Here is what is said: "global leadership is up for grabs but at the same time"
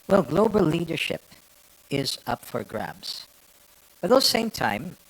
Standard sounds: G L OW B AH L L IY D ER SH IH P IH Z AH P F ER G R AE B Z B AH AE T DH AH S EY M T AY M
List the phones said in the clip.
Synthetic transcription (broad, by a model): G L OW B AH L L IY D ER SH IH P IH Z AH P F ER G R AE B Z B AH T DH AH S EY M T AY M